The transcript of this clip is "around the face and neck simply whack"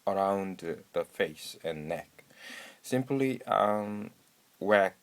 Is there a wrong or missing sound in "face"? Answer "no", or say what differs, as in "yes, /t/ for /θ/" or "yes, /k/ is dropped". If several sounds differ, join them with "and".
no